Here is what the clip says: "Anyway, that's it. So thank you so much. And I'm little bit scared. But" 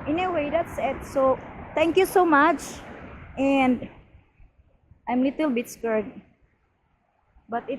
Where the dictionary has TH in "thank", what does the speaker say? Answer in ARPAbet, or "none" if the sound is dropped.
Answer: T